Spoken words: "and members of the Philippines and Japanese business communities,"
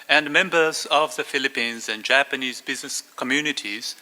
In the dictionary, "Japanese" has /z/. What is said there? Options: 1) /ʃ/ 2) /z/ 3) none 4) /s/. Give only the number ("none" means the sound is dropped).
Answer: 2